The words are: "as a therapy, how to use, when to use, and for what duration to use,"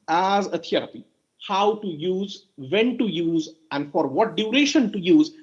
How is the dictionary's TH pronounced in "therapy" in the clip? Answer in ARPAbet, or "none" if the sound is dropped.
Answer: T